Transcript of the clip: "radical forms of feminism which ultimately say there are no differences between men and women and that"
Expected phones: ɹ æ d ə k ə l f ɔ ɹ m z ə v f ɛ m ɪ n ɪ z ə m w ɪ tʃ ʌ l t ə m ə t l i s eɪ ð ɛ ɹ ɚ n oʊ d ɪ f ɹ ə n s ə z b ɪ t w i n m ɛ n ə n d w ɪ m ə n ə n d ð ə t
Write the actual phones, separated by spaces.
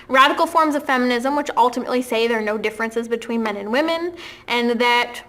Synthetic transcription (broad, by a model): ɹ æ d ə k l f ɔ ɹ m z ə v f ɛ m ɪ n ɪ z ə m w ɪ tʃ ʌ l t ə m ə t l i s eɪ ð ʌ ɹ n oʊ d ɪ f ɹ ə n s ə z b ɪ t w i n m ɛ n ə n w ɪ m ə n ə n ð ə t